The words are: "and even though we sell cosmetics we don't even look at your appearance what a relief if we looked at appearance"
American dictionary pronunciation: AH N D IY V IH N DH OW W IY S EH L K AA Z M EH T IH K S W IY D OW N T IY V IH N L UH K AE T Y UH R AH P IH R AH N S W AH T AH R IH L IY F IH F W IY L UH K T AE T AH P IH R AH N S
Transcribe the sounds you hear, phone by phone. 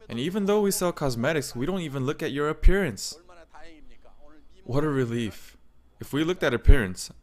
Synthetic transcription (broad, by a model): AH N IY V IH N DH OW W IY S EH L K AA Z M EH T IH K S W IY D OW N T IY V IH N L UH K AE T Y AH R AH P IH R AH N S W AH T AH R IH L IY F IH F W IY L UH K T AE T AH P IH R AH N S